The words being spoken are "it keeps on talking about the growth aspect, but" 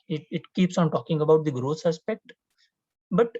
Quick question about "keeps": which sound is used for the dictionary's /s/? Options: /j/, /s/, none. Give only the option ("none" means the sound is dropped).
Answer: /s/